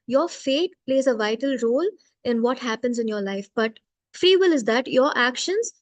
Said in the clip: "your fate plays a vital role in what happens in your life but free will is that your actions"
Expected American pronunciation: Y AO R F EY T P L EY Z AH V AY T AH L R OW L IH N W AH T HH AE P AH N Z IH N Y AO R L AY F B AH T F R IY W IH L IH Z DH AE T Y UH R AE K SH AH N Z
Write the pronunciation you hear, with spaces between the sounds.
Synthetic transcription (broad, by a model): Y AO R F EY T P L EY Z AH V AY T AH L R OW L IH N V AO T HH AE P AH N Z IH N Y AO R L AY F B AH T F R IY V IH L IH Z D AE T Y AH R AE K SH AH N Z